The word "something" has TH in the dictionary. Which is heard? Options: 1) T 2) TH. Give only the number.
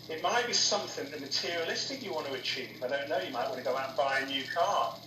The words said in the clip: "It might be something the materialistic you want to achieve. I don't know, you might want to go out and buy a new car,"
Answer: 2